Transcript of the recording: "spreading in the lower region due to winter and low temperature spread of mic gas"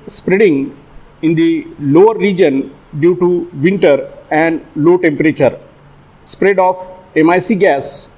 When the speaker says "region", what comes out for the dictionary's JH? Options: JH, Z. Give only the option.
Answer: JH